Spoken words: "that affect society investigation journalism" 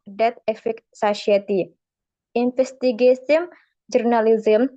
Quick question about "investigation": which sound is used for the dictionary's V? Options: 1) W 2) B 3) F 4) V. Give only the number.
3